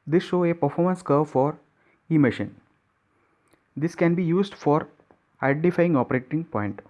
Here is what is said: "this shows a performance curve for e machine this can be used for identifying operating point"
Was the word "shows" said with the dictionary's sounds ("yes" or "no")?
no